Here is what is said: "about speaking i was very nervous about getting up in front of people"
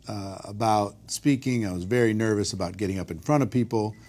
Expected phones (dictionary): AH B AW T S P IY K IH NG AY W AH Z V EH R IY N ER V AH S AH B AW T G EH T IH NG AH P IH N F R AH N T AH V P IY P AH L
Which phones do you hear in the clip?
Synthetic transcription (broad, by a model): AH B AW T S P IY K IH NG AY W AH Z V EH R IY N ER V AH S AH B AW T G EH T IH NG AH P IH N F R AH T AH V P IY P L